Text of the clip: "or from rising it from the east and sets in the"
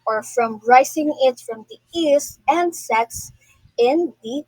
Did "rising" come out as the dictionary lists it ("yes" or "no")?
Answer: no